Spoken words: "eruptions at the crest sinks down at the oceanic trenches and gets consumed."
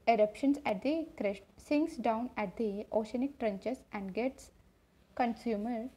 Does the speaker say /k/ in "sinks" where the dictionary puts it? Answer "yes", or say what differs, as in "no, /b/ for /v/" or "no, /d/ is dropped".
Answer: no, /k/ is dropped